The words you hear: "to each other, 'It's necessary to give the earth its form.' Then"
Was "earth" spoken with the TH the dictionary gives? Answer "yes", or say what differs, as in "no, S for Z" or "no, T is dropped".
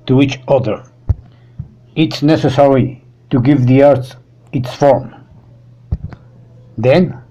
no, S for TH